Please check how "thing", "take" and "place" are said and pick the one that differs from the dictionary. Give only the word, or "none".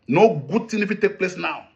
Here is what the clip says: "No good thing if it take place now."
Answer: thing